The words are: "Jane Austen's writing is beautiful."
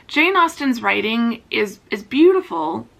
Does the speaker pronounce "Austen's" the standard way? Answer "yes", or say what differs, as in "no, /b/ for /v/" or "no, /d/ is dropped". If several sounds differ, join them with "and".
yes